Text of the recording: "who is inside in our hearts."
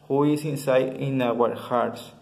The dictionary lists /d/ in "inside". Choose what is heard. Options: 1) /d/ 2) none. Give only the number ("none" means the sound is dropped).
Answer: 2